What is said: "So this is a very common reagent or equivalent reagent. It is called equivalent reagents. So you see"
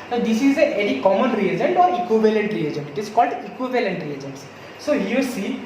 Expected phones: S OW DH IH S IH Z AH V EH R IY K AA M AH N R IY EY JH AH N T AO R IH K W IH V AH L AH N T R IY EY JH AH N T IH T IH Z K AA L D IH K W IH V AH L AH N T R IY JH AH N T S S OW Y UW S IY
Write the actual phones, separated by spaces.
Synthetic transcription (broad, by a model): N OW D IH S IH Z AH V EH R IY K AA M AH N R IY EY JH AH N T AO R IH K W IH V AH L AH N T R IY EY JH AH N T IH T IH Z K AA L D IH K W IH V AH L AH N T R IY JH AH N T S S OW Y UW S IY